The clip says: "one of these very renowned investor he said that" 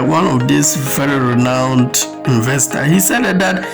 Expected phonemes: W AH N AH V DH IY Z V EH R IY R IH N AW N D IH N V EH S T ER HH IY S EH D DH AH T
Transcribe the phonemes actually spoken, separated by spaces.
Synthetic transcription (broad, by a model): W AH N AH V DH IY S V EH R IY R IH N AW N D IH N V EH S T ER HH IY S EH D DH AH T